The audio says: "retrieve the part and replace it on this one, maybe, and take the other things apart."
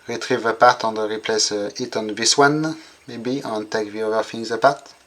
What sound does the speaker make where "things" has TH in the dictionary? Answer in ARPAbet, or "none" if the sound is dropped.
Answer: F